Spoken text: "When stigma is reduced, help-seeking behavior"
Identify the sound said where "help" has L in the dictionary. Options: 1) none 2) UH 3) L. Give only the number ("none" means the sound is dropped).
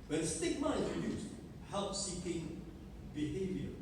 3